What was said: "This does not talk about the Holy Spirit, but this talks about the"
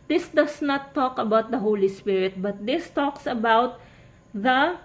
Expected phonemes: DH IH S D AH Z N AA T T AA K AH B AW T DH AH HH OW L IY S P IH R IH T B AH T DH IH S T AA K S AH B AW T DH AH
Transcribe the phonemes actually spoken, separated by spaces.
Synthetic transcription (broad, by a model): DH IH S D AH S N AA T T AA K AH B AW T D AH HH OW L IY S P IH R IH T B AH T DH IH S T AA K S AH B AW T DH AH